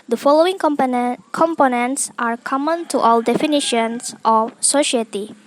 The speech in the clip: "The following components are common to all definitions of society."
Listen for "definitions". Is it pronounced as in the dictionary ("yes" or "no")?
no